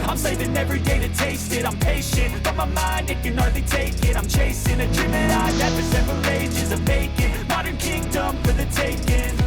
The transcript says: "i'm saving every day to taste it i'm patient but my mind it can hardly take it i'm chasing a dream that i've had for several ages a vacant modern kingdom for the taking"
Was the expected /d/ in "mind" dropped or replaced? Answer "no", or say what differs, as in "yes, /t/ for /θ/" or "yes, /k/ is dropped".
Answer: no